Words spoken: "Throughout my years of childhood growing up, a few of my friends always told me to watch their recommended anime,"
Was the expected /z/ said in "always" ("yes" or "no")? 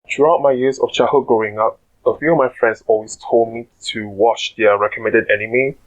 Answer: no